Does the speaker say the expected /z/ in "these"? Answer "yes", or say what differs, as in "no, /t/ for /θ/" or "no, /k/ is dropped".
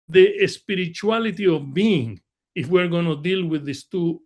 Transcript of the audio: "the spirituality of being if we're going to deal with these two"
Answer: no, /s/ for /z/